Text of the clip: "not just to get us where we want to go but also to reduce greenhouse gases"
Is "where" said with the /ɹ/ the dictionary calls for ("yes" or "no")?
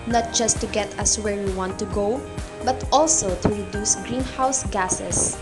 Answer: yes